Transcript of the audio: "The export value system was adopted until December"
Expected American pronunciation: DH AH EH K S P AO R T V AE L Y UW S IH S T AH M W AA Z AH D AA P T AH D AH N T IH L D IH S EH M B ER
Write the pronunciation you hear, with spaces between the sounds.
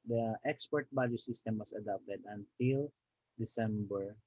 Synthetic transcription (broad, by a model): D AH EH K S P AO R T B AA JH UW S IH S T AH M W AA S AH D AA P T AH D AH N T IH L D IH S EH M B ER